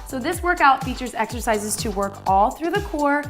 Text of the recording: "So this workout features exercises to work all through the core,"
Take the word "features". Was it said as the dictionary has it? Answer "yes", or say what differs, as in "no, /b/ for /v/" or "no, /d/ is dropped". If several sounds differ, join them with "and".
yes